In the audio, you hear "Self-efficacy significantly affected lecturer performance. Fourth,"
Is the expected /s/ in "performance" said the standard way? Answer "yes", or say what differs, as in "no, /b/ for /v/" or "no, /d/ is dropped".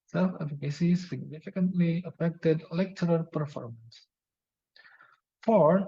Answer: yes